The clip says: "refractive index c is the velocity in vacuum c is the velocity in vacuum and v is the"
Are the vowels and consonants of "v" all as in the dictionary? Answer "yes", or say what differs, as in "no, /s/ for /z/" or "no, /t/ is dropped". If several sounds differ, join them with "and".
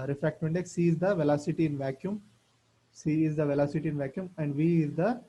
yes